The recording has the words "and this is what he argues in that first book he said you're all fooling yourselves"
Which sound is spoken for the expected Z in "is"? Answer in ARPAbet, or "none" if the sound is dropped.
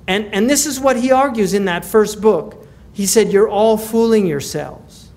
Z